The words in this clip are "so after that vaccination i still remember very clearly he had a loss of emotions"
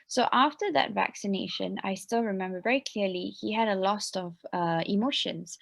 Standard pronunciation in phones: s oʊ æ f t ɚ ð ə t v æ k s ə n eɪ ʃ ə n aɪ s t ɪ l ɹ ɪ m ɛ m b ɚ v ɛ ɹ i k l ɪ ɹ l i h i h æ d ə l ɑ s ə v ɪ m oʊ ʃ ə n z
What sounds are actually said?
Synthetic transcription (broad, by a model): s oʊ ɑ f t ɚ ð ə t v æ k s ə n eɪ ʃ ə n aɪ s t ɪ l ɹ ɪ m ɛ m b ɚ v ɛ ɹ i k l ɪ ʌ l i h i h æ d ə l ɑ s ə v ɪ m oʊ ʃ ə n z